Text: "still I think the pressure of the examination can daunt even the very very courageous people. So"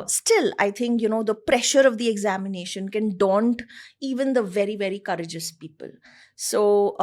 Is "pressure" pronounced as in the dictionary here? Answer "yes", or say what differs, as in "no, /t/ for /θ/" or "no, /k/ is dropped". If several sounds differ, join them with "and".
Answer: yes